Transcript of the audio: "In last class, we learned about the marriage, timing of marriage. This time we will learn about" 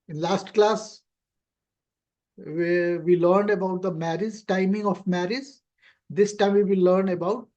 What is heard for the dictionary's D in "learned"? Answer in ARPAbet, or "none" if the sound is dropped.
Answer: D